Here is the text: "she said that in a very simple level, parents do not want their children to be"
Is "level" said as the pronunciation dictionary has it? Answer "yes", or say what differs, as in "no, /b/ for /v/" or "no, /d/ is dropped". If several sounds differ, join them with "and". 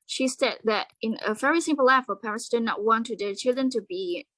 no, /f/ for /v/